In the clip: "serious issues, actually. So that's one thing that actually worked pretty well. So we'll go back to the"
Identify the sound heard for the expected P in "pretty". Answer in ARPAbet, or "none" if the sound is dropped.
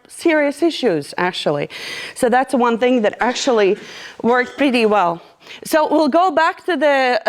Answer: P